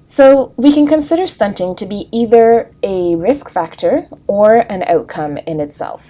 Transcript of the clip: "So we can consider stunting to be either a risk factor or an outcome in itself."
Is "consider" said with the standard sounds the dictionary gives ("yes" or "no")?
yes